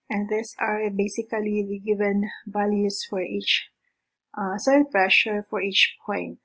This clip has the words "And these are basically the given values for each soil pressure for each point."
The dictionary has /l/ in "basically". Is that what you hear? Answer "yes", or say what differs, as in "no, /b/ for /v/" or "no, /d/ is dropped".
no, /l/ is dropped